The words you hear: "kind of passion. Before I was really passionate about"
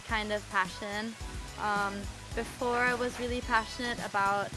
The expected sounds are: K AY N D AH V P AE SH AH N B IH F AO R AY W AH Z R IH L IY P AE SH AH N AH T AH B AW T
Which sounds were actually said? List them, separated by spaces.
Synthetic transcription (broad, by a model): K AY N D AH V P AE SH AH N B IH F AO R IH W AH Z R IH L IY P AE SH AH N AH T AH B AW T